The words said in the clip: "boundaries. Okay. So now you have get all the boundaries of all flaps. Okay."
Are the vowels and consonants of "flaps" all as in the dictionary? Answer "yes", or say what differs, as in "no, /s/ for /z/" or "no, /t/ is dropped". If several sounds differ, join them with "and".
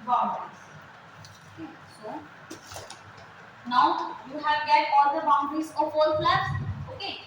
no, /p/ is dropped